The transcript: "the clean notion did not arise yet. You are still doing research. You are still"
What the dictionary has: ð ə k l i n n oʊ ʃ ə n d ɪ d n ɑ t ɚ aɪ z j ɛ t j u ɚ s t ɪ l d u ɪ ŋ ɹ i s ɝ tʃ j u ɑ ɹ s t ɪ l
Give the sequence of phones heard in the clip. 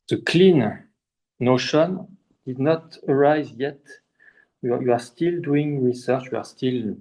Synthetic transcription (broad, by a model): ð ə k l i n n oʊ ʃ ə n d ɪ d n ɑ t ɚ aɪ z j ɛ t j u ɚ s t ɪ l d u ɪ ŋ ɹ i s ɝ tʃ j u ɑ ɹ s t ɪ l